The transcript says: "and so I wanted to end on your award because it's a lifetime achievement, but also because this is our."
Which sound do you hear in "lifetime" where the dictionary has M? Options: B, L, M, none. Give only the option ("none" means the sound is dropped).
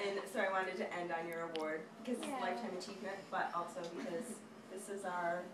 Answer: none